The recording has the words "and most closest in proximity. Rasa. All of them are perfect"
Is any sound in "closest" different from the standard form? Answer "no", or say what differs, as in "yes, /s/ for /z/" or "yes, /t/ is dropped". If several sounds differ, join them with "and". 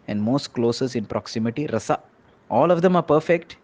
yes, /t/ is dropped